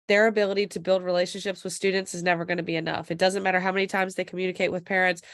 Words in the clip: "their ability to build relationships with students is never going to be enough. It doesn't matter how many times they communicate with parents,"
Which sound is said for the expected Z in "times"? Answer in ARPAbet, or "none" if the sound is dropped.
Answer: Z